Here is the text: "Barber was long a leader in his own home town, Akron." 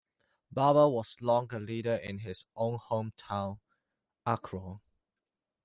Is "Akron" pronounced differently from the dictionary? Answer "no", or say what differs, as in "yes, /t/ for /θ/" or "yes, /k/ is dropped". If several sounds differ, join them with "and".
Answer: yes, /n/ is dropped